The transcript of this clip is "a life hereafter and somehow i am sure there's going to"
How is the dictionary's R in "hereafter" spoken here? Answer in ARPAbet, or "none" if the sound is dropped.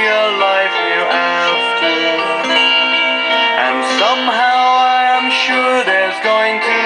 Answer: none